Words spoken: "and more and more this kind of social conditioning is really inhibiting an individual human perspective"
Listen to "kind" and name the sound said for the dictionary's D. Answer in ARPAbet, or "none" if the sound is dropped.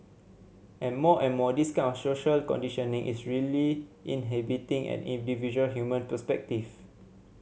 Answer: none